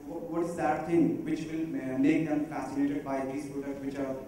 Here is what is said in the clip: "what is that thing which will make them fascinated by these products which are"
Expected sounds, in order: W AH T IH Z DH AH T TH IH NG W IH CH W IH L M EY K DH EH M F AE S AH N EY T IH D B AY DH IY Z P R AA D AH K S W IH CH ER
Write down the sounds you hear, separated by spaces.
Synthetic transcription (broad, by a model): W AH T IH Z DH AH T T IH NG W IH CH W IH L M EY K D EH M F AE S AH N EY T IH D B AY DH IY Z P AA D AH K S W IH CH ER